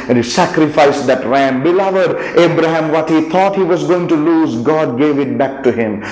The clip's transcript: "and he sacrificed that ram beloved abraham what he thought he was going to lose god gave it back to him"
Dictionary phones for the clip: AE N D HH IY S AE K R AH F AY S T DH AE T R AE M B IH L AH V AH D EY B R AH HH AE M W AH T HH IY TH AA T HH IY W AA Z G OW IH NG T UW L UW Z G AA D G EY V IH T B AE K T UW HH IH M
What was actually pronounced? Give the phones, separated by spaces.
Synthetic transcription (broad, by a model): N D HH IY S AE K R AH F AY S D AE T R AE M B IH L AH V AH D EY B R AH HH AE M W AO T HH IY T AA T HH IY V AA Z G OW IH NG T UW L UW Z G AA D G EY V IH T B AE K T UW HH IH M